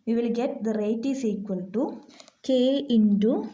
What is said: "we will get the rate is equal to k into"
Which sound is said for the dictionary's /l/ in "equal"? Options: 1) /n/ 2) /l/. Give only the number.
1